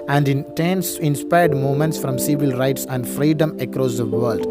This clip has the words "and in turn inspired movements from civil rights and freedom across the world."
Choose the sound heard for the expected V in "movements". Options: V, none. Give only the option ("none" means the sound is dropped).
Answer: none